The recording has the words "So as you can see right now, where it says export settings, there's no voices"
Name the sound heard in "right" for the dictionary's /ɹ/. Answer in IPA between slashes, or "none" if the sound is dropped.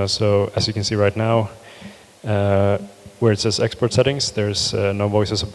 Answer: /ɹ/